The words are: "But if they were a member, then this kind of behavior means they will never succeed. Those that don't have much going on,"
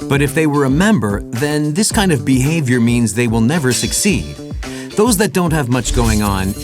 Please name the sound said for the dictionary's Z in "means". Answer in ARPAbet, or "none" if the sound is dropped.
Z